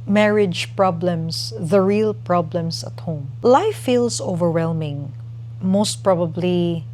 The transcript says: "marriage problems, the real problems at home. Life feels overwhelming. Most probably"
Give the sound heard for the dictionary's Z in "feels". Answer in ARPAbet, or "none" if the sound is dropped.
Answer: S